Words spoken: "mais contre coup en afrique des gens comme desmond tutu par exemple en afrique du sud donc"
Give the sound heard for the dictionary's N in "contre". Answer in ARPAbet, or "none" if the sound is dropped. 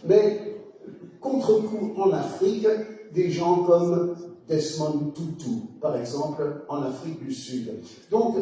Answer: none